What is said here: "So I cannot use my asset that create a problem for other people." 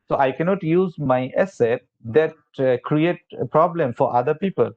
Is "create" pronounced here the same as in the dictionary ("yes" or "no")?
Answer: yes